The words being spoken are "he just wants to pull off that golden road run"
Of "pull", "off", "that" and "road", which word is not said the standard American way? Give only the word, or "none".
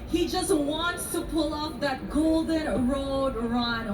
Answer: off